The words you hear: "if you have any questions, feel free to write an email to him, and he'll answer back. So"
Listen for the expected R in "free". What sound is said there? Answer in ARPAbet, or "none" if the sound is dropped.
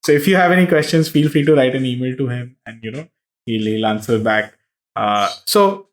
none